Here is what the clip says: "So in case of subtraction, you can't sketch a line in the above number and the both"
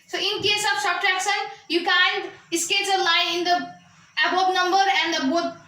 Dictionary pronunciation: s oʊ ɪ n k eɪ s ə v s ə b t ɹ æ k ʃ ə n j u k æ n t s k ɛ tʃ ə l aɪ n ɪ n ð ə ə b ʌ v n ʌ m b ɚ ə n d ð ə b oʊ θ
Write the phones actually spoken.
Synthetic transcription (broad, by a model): s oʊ ɪ n k eɪ s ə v s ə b t ɹ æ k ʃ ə n j u k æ n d s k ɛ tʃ ə l aɪ n ɪ n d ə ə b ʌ p n ʌ m b ɚ ə n d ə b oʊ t